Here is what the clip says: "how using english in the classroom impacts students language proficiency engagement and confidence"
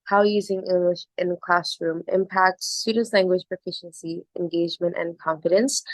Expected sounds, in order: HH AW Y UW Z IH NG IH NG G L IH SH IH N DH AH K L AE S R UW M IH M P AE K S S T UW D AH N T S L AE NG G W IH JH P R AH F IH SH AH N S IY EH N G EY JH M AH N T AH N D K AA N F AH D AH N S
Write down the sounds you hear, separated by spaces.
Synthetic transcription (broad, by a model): HH AW Y UW Z IH NG IH NG G L IH SH IH N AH K L AE S R UW M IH M P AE K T S T UW D N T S L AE NG G W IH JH P R AH F IH SH AH N S IY EH N G EY JH M AH N T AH N K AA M F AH D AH N S